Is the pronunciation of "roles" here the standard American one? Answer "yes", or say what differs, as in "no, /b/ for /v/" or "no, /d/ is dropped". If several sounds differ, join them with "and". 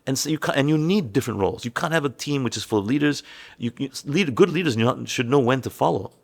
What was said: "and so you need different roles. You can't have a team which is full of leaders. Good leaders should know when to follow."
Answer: yes